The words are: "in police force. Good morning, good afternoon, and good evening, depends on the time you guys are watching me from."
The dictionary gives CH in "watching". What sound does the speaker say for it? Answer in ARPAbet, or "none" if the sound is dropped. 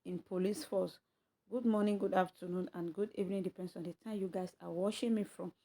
SH